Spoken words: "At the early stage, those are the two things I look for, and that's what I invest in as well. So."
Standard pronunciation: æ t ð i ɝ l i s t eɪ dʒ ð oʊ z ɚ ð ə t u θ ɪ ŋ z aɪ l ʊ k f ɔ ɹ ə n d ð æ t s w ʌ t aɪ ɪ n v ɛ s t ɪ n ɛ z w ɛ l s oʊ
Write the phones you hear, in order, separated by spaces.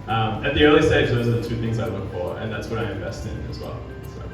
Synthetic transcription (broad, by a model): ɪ t ð i ɝ l i s t eɪ dʒ ð oʊ z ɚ ð ə t u θ ɪ ŋ z aɪ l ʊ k f ɔ ɹ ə n ð æ t s w ʌ t aɪ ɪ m v ɛ s t ɪ n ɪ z w ɛ l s oʊ